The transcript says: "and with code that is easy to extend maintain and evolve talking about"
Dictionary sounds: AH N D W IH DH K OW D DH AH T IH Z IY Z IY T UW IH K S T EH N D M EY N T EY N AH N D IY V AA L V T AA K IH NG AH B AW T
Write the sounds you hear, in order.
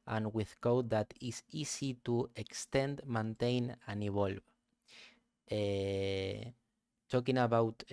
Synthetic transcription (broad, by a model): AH N W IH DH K OW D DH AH T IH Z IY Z IY T UW IH K S T EH N D M EY N T EY N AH N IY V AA L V T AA K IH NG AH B AW T